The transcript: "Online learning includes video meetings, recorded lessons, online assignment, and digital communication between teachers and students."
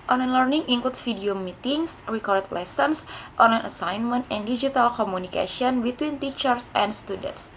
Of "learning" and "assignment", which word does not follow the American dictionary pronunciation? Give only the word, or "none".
none